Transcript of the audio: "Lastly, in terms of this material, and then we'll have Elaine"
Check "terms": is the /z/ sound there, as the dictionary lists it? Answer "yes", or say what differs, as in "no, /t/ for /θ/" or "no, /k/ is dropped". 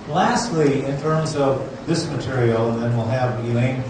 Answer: yes